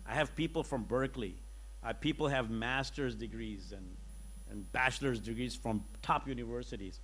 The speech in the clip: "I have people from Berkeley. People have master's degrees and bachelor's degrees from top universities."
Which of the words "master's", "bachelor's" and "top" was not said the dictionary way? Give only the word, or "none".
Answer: none